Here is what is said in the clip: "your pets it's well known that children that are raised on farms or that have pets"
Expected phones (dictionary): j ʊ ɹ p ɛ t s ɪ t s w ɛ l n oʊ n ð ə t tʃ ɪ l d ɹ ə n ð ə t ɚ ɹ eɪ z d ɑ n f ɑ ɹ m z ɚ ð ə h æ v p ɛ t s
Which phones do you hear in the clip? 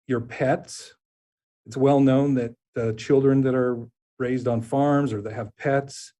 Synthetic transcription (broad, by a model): j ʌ ɹ p ɛ t s ɪ t s w ɛ l n oʊ n ð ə t tʃ ɪ l d ɹ ə n ð ə t ɚ ɹ eɪ z d n f ɑ ɹ m z ɚ ð ə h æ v p ɛ t s